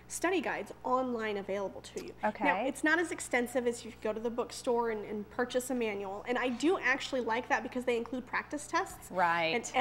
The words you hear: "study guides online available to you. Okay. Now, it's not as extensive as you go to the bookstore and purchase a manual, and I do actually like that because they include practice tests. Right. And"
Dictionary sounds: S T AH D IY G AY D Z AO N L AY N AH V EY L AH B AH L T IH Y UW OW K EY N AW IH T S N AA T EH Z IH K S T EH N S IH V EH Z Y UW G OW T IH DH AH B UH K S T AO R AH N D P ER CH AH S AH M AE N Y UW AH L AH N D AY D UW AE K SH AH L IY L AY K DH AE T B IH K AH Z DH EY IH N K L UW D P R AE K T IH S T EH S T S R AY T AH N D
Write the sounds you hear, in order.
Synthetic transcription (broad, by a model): S T AH D IY G AY D Z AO N L AY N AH V EY L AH B L T IH Y UW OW K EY N AW IH T S N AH T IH Z IH K S T EH N S IH V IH Z Y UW G OW T IH DH AH B UH K S T AO R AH N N P ER CH AH S AH M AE N Y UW L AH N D AY D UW AE K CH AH L IY L AY K DH AE T B IH K AH Z DH EY IH N K L UW D P R AE K T IH S T EH S T S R AY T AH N